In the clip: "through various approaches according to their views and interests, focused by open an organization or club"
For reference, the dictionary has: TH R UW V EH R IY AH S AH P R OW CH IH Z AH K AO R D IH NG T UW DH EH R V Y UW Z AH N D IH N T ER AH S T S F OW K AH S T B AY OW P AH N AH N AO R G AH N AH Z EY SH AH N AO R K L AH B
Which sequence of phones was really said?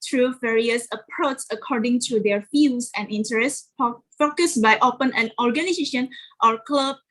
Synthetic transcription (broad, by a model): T R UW V EH R IY AH S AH P R OW CH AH K AO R D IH NG T UW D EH R F Y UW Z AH N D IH N T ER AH S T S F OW K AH S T B AY OW P AH N AH N AO R G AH N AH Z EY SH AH N AO R K L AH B